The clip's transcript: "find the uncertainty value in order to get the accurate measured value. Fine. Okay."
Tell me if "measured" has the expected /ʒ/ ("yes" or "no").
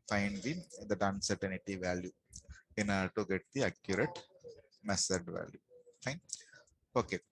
no